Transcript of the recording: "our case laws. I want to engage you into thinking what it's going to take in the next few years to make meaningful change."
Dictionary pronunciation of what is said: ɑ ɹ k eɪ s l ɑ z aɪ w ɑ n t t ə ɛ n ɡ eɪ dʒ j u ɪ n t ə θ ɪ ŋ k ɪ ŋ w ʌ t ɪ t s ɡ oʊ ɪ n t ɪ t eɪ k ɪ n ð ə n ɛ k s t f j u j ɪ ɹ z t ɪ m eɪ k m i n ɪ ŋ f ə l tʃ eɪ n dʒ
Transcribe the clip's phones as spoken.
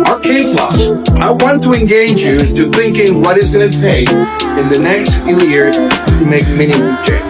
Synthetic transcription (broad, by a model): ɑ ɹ k eɪ s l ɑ aɪ w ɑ n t t ə ɛ n ɡ eɪ dʒ j u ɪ t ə θ ɪ ŋ k ɪ ŋ w ʌ t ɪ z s ɡ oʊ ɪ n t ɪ t eɪ k ɪ n ð ə n ɛ k s t f j u j ɪ ɹ z t ɪ m eɪ k m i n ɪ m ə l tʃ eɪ